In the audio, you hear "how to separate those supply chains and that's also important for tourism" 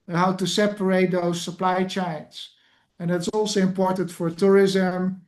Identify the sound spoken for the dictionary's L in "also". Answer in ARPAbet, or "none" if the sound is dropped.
L